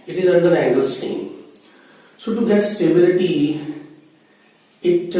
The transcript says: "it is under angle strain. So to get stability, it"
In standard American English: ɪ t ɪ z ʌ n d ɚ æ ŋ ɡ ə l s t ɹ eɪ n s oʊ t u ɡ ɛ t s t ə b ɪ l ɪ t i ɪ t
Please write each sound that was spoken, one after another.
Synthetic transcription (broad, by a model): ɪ t ɪ z ʌ n d ɚ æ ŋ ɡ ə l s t eɪ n s oʊ t u ɡ ɛ t s t ə b ɪ l ɪ t i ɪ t